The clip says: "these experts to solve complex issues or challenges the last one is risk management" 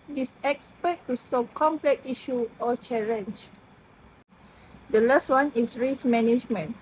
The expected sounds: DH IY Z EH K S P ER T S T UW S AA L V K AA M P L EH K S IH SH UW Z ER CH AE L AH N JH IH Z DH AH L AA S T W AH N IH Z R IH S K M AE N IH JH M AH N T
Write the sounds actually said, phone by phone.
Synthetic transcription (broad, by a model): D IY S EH K S P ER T T UW S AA V K AA M P L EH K IY SH UW AO CH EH L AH N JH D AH L AA S T W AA N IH S R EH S M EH N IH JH M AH N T